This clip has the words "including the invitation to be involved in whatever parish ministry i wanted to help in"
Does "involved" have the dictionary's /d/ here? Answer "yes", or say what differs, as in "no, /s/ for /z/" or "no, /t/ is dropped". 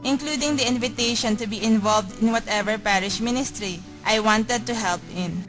yes